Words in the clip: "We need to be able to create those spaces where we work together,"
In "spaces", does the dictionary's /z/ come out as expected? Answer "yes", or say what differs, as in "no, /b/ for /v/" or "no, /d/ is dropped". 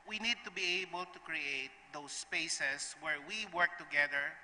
no, /s/ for /z/